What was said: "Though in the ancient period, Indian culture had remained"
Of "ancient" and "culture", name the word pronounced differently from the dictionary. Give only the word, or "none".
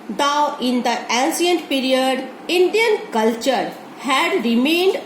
ancient